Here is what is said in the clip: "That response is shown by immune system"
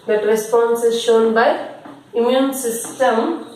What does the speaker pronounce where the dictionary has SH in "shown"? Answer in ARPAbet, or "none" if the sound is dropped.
SH